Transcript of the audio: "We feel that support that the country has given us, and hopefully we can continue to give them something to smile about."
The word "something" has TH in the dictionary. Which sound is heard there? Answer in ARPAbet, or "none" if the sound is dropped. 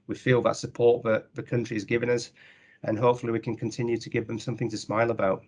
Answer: TH